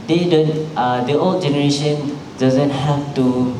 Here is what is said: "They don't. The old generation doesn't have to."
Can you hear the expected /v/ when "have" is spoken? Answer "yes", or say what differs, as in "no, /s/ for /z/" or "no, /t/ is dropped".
no, /f/ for /v/